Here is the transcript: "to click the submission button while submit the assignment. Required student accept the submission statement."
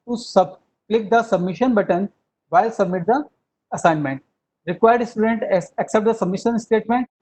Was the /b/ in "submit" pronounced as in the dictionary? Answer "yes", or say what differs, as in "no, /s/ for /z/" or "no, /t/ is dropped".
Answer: yes